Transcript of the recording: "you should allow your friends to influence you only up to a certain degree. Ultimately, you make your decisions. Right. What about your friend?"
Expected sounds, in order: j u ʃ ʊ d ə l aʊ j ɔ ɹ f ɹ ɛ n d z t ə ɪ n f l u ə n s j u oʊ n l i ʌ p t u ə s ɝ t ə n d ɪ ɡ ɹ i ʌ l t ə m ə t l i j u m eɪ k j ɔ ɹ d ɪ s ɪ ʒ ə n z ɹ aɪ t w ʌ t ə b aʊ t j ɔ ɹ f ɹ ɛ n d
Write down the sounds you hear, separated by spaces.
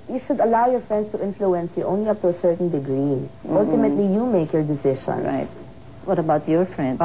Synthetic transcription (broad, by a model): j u ʃ ʊ d ə l aʊ j ɔ ɹ f ɹ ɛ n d s t ə ɪ n f l u ə n s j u oʊ n l i ʌ p t u ə s ɝ t ə n d ɪ ɡ ɹ i ʌ l t ə m ə t l i j u m eɪ k j ɔ ɹ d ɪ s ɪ ʃ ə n ɹ aɪ t w ʌ t ə b aʊ t j ɔ ɹ f ɹ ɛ n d